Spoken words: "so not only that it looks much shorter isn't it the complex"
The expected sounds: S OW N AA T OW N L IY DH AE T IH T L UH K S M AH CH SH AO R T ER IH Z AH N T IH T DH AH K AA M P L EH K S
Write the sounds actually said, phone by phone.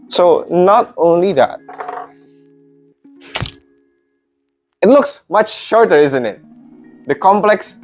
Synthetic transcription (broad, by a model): S OW N AA T OW N L IY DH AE T IH T L UH K S M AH CH SH AO R T ER IH Z AH N T IH T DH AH K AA M P L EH K S